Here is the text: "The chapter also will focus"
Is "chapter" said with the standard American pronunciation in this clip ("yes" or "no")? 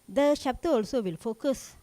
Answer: no